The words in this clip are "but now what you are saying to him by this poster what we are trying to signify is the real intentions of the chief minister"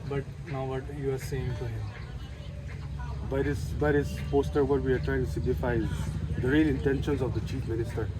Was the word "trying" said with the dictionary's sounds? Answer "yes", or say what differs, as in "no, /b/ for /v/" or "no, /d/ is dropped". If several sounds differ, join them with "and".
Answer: yes